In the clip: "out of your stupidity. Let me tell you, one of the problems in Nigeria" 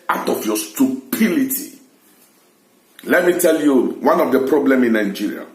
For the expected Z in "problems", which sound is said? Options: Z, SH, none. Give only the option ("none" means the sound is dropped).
none